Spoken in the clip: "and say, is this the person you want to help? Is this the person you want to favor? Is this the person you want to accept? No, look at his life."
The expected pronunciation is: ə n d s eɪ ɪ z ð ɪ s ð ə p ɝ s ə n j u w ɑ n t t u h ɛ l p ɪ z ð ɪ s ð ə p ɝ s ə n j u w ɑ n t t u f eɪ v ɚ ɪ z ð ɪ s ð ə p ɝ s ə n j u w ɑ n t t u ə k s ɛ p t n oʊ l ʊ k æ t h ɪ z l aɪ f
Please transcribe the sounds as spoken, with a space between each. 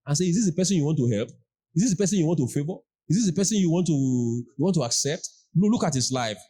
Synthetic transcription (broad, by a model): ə n s eɪ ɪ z ð ɪ s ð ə p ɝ s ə n j u w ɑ n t t u h ɛ l p ɪ z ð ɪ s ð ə p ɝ s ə n j u w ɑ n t t u f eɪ v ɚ ɪ z ð ɪ s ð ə p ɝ s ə n j u w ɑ n t t u ə k s ɛ p t l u l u k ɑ t h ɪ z l aɪ f